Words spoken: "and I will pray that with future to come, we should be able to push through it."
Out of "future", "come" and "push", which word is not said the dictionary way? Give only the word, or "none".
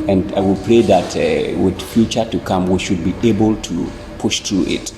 none